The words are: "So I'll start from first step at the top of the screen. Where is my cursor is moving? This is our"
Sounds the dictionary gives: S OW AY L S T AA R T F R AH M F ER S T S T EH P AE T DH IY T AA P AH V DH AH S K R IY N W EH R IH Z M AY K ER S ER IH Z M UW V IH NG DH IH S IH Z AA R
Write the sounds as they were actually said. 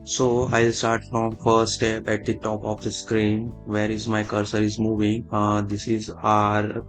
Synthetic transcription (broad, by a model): S OW AY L S T AA R T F R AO M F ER T S T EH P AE T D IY T AA P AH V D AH S K R IY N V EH R IH Z M AY K ER S ER IH Z M UW V IH NG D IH S IH Z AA R